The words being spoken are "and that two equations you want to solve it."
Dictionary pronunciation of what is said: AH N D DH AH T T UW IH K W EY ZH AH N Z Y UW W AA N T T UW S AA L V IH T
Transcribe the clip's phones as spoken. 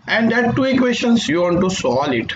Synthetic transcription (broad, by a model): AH N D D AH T T UW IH K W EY SH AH N S Y UW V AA N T T UW S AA L IH T